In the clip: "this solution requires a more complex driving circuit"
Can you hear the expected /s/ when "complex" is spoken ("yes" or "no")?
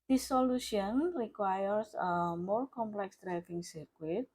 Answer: yes